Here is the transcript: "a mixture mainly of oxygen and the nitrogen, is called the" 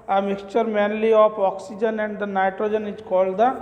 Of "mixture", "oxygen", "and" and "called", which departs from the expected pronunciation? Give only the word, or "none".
none